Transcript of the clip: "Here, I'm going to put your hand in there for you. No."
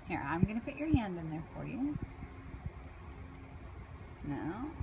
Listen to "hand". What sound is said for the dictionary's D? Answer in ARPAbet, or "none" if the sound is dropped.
D